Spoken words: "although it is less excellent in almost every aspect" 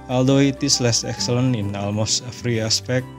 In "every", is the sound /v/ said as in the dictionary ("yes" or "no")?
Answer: no